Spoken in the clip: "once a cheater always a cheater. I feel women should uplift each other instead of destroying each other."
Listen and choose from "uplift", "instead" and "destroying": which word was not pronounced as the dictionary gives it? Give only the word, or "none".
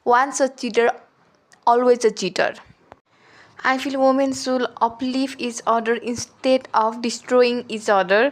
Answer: uplift